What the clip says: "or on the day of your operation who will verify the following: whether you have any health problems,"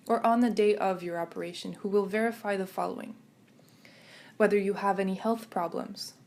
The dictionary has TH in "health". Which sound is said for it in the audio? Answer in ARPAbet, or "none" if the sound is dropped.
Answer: TH